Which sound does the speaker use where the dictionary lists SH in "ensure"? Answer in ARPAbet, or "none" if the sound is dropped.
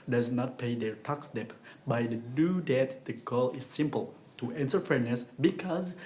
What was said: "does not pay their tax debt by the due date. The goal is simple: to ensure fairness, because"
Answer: S